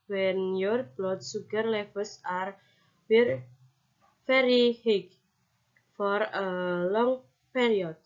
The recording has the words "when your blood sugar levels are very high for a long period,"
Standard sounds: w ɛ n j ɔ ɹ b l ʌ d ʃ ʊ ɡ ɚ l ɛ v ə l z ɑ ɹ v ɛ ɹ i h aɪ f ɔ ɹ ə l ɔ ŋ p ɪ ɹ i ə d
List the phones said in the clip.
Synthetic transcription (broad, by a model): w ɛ n j ɔ ɹ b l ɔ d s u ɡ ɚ l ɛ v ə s ɑ ɹ f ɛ ɹ i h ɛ f ɔ ɹ ə l ɔ ŋ p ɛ ɹ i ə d